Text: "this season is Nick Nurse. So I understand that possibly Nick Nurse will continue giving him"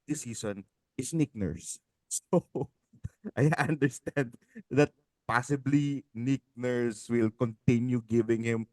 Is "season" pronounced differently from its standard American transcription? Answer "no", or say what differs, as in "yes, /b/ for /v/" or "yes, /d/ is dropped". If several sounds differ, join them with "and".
yes, /s/ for /z/